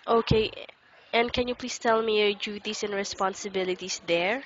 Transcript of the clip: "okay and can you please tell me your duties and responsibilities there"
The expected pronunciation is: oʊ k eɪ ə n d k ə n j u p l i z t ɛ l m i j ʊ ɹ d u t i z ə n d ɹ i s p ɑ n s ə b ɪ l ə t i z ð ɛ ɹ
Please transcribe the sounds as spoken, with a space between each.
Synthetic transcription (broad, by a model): oʊ k eɪ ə n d k ə n j u p l i s t ɛ l m i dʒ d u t i s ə n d ɹ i s p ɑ n s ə b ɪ l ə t i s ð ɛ ɹ